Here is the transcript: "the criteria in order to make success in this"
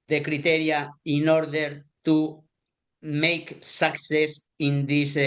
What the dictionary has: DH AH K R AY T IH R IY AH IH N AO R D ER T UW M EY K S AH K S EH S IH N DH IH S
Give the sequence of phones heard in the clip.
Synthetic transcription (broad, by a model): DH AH K R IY T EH R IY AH IH N AO R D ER T UW M EY K S AH K S EH S IH N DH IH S